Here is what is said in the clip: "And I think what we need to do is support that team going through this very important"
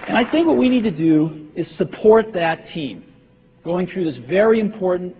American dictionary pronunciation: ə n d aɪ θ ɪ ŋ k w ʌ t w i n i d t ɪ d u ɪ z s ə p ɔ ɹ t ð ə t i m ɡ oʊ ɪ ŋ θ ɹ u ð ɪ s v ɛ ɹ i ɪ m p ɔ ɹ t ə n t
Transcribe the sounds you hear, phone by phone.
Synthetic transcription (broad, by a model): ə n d aɪ θ ɪ ŋ k w ʌ t w i n i d t ɪ d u ɪ z s ə p ɔ ɹ t ð ə t i m ɡ oʊ ɪ ŋ θ ɹ u ð ɪ s v ɛ ɹ i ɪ m p ɔ ɹ t n t